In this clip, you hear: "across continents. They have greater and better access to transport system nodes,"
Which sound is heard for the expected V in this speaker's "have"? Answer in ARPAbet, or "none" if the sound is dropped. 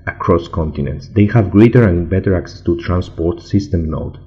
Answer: V